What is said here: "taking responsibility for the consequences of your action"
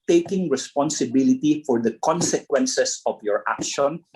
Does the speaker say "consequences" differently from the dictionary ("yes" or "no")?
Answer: yes